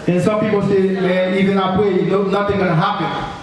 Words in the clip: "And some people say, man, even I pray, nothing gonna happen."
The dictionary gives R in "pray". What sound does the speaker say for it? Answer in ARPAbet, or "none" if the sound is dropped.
W